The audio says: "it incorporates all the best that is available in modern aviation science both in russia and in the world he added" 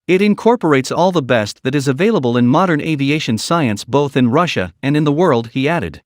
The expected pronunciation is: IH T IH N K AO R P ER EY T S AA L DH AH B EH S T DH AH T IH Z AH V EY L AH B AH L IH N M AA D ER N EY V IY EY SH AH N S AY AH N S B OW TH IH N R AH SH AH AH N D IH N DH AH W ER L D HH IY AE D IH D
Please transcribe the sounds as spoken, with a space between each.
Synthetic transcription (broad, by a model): IH T IH N K AO R P ER EY T S AA L DH AH B EH S T DH AH T IH Z AH V EY L AH B AH L IH N M AA D ER N EY V IY EY SH AH N S AY AH N S B OW TH IH N R AH SH AH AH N IH N DH AH W ER L D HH IY AE D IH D